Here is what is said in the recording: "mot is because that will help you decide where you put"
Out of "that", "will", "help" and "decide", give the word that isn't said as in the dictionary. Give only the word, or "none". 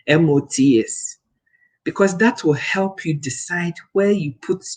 none